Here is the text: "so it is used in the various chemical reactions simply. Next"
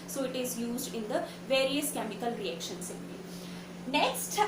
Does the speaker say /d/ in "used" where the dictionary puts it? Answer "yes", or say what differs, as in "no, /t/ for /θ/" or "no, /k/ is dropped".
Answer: yes